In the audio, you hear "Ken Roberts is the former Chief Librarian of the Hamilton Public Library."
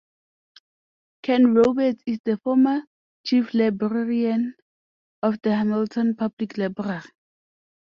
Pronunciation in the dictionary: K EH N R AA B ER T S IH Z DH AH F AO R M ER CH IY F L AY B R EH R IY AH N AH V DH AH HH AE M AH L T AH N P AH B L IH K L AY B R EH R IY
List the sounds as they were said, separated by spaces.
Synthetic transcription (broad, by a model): K EH N R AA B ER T IH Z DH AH F AO M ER CH IY F L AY B R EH R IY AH N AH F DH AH HH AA M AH L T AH N P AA B L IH K L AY B R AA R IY